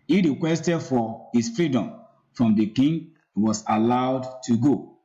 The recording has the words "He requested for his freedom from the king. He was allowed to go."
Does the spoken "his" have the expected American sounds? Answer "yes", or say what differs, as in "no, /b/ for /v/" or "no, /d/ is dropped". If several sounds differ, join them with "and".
no, /s/ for /z/